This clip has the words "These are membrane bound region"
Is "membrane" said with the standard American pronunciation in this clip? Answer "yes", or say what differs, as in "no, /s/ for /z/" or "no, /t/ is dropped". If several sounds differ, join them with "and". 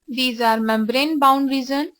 yes